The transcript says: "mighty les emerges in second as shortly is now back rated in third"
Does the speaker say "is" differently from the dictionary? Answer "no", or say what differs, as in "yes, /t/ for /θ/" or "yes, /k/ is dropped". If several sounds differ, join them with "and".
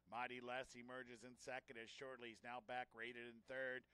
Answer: no